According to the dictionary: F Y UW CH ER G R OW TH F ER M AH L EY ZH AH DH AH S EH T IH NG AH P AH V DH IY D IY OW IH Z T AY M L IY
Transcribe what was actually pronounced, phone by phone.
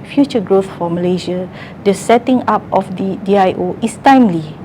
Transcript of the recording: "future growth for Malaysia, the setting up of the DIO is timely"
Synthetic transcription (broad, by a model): F Y UW CH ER G R OW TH F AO M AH L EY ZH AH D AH S EH T IH NG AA P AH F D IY D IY OW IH S T AY M L IY